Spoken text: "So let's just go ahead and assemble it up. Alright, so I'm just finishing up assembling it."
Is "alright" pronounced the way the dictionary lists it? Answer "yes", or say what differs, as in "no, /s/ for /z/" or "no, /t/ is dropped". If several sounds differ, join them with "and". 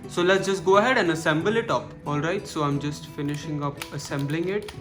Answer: yes